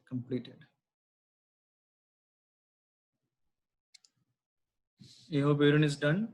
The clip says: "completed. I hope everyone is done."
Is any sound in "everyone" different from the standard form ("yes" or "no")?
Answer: yes